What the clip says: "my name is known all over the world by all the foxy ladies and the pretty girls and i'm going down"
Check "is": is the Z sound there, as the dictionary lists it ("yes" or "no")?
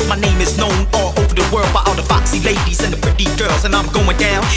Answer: yes